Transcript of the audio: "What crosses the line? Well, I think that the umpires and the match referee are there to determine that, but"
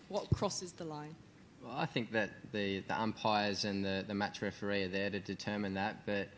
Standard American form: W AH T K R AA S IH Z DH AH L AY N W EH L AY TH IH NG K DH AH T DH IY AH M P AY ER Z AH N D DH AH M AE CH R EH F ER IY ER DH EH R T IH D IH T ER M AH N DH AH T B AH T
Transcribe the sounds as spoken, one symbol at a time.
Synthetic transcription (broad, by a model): W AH T K R AA S IH Z DH AH L AY N W EH L AY TH IH NG K DH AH T DH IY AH M P AY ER Z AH N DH DH AH M AE CH R EH F ER IY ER DH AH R T IH D IH T ER M AH N DH AH T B AH T